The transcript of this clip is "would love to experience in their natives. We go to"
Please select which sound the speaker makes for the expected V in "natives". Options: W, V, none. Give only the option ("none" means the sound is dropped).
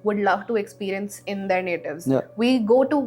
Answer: V